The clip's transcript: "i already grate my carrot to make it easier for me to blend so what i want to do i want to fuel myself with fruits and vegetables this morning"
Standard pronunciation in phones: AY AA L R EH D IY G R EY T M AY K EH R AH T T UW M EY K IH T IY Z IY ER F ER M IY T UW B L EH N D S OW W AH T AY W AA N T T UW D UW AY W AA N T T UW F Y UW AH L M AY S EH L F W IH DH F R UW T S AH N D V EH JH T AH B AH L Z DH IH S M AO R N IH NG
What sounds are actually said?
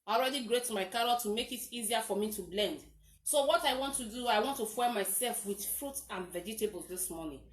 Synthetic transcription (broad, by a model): AA L R EH D IY G R EY T M AY K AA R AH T T UW M EY K IH T IY Z IY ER F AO M IY T UW B L EH N D S OW W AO T AY W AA N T T UW D UW AY W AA N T T UW F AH M AY S EH L F W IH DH F R UW T AH N V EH JH T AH B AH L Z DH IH S M AO N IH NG